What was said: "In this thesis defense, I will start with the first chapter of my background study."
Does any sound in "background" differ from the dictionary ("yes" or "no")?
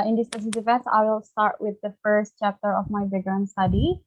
yes